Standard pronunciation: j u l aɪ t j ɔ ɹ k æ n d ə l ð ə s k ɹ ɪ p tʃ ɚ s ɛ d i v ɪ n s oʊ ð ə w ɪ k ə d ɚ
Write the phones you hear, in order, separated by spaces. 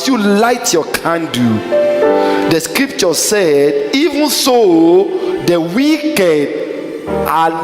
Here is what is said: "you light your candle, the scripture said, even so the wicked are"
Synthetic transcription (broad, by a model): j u l aɪ t j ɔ k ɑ n d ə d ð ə s k ɹ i p tʃ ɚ s ɛ d i v ɪ n s oʊ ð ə w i k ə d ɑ